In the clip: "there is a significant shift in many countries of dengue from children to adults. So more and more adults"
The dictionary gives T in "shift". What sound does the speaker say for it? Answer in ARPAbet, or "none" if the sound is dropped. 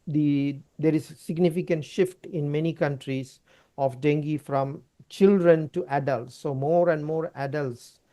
T